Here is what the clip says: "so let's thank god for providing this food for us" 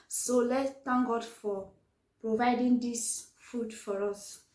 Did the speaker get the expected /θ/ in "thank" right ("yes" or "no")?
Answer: no